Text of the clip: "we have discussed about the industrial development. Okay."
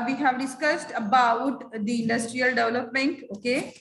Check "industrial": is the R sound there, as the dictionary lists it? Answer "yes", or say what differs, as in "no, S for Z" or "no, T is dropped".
yes